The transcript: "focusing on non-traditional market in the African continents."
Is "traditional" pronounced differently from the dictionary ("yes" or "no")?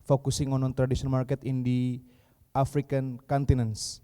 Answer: yes